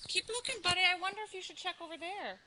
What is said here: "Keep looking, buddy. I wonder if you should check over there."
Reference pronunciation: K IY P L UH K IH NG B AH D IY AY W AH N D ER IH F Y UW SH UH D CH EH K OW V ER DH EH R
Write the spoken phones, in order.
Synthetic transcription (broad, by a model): K IY P L UH K IH NG B AH D IY AY W AH N D ER IH F Y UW SH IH D CH EH K OW V ER DH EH R